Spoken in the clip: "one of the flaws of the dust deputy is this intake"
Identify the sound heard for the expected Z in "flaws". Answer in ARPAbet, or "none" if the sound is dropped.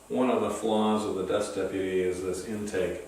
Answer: Z